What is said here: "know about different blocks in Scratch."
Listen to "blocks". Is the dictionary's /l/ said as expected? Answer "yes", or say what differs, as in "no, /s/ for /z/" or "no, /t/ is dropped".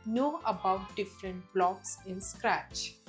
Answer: yes